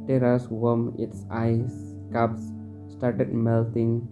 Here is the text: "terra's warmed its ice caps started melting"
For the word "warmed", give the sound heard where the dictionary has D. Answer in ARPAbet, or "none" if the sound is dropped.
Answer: none